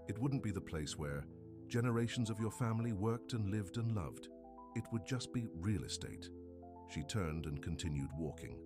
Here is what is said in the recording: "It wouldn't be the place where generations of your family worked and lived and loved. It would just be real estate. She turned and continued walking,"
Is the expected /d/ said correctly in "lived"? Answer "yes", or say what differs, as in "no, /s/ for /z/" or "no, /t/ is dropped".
yes